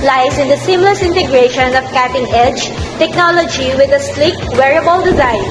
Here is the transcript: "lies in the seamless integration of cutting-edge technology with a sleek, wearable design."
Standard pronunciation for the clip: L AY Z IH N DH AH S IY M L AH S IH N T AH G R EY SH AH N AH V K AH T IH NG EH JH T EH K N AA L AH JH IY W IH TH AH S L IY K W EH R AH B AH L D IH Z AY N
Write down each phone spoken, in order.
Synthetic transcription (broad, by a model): L AY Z IH N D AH S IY M L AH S IH N T AH G R EY SH AH N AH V K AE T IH NG EH JH T EH K N AA L AH JH IY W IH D AH S L IY K W EH R AH B AH L D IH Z AY N